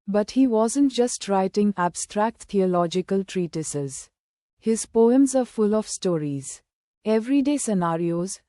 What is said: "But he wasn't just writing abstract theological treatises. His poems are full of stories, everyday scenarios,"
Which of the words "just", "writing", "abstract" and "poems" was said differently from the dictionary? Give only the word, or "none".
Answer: none